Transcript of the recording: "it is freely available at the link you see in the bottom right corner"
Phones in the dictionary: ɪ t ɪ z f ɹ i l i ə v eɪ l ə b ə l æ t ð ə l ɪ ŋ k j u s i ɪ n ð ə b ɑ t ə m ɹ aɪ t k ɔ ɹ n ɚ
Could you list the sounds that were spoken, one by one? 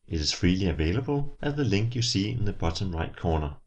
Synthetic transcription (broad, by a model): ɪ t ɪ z f ɹ i l i ə v eɪ l ə b ə l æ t ð ə l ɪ ŋ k j u s i ɪ n ð ə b ɑ s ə m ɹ aɪ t k ɔ n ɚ